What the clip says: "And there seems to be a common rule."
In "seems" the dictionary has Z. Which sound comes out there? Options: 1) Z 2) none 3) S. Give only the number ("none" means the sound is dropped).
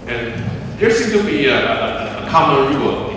2